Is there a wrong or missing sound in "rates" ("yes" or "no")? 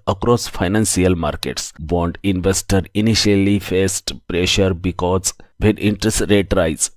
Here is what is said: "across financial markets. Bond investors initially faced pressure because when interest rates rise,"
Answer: yes